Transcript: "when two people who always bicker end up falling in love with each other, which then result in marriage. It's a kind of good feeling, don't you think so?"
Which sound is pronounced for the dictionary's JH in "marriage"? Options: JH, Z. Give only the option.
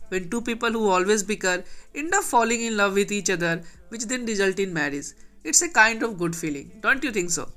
Z